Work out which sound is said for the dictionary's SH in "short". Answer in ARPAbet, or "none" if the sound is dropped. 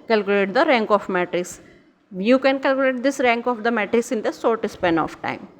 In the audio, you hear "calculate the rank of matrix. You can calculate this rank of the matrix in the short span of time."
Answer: S